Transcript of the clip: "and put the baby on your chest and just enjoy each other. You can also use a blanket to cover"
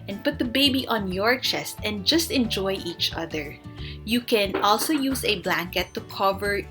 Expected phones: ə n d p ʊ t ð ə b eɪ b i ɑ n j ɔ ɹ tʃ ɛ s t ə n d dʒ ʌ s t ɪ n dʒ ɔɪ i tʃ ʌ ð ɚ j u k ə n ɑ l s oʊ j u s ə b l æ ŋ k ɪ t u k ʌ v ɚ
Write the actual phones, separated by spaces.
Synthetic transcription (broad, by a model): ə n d p ʊ t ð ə b eɪ b i ɑ n j ɔ ɹ tʃ ɛ s t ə n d dʒ ʌ s t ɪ n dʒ ɔɪ i tʃ ʌ ð ɚ j u k ə n ɑ l s oʊ j u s ə b l æ ŋ k ɪ t u k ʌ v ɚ